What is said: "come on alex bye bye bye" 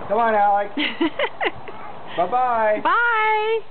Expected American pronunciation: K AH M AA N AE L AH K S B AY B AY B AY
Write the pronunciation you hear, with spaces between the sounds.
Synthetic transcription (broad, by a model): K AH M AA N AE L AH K B AY B AY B AY